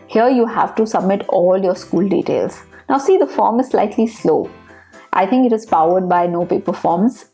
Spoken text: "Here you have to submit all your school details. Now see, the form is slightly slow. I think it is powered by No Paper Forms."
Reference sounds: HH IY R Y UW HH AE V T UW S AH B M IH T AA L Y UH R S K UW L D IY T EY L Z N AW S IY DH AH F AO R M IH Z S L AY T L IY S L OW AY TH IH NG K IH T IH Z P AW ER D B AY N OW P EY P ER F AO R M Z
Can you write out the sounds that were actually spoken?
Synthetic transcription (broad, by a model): HH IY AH Y UW HH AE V T UW S AH B M IH T AA L Y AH R S K UW L D IY T EY L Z N AW S IY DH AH F AO R M IH Z S L AY T L IY S L OW AY T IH NG K IH T IH Z P AW ER D B AY N OW P EY P ER F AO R M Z